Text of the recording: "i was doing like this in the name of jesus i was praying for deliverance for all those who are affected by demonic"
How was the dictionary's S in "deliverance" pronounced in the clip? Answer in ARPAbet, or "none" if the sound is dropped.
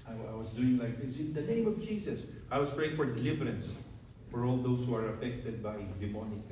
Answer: S